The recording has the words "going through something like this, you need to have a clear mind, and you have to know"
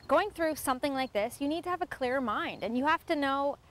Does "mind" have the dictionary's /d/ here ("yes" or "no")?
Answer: yes